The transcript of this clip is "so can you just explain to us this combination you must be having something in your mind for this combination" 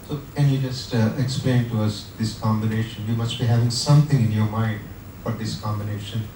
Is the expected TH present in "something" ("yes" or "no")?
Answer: no